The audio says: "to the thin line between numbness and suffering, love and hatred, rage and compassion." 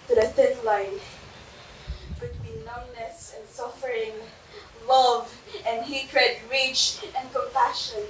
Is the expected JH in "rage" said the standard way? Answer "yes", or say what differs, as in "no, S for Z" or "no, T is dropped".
no, CH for JH